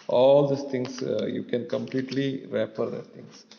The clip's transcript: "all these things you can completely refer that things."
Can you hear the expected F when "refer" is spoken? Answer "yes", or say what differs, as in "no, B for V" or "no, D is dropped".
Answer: no, P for F